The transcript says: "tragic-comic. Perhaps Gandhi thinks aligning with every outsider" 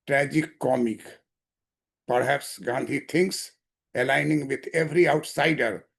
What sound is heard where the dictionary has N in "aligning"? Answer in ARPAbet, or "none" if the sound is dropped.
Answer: N